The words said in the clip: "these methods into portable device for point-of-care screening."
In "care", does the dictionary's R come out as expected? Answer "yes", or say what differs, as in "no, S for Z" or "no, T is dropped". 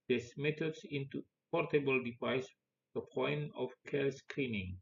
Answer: no, L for R